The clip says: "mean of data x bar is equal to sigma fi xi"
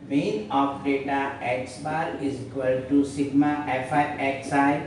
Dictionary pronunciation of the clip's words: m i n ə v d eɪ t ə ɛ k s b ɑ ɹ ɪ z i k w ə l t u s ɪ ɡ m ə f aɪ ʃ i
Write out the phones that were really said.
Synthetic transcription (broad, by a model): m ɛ n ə p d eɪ t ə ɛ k s b ɑ ɹ ɪ z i k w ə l t u s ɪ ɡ m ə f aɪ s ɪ